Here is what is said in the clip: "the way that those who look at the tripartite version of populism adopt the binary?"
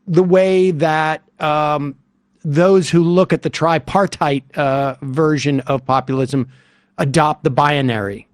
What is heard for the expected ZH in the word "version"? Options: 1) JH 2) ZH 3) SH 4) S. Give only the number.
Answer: 2